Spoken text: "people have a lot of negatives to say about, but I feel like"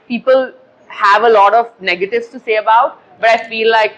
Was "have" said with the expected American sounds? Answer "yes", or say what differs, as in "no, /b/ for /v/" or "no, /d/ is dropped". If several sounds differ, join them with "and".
yes